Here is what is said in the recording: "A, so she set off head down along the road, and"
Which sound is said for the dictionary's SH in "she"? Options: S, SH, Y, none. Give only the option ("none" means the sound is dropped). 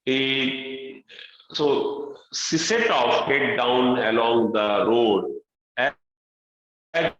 S